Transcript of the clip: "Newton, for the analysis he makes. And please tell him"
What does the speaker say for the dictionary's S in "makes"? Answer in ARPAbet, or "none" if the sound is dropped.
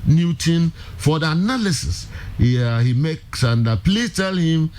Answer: S